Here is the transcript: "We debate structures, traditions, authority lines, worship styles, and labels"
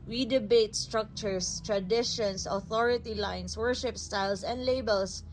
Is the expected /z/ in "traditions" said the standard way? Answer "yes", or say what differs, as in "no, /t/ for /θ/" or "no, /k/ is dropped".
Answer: no, /s/ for /z/